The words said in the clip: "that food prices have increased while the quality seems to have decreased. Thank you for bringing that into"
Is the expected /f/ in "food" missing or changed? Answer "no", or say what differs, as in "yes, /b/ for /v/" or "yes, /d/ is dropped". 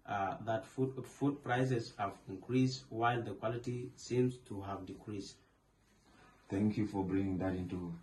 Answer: no